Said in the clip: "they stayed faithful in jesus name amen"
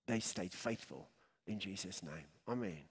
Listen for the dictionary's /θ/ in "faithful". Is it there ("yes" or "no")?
yes